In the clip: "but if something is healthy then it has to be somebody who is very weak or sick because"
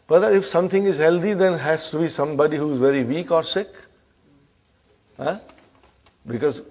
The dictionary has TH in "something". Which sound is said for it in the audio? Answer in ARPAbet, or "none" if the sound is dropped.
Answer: T